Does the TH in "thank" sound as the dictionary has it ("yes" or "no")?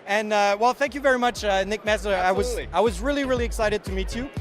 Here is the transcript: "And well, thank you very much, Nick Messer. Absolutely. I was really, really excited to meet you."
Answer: yes